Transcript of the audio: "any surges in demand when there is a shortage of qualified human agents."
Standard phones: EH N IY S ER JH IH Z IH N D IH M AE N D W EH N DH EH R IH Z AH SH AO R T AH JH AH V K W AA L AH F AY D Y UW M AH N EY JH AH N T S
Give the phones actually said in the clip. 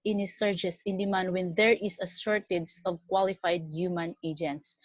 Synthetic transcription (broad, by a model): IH N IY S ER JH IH S IH N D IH M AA N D W EH N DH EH R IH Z AH S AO R T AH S AH V K W AA L AH F AY D Y UW M AH N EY JH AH N T S